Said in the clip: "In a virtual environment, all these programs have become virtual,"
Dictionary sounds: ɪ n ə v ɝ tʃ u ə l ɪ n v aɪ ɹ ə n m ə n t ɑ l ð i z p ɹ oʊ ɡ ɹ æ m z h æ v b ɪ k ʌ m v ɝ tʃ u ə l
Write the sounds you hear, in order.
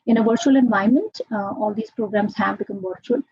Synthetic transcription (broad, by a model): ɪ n ə v ɝ tʃ u ə l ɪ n v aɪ ə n m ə n t ɑ l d i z p ɹ oʊ ɡ ɹ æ m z h æ v b ɪ k ʌ m v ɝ tʃ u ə l